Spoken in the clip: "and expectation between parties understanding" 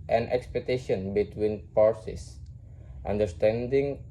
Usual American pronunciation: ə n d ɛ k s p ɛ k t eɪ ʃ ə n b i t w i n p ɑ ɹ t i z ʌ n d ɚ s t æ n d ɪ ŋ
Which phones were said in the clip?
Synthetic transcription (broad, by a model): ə n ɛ k s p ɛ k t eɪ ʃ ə n b i t w i n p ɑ ɹ s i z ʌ n d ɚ s t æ n d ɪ ŋ